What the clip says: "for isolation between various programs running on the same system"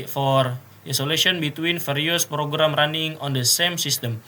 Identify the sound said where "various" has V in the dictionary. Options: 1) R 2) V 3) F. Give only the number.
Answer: 3